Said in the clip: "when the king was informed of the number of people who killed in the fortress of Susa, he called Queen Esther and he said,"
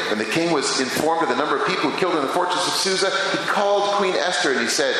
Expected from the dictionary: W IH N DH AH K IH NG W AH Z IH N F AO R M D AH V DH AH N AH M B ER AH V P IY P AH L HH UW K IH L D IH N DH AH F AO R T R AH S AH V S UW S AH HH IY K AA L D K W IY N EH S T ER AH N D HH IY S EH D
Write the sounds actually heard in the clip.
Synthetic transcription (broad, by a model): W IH N DH AH K IH NG W AH Z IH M F AO R M D AH V DH AH N AH M B ER AH V P IY P L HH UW K IH L D IH N DH AH F AO R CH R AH S AH V S UW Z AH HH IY K AA L D K W IY N EH S T ER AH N IY S EH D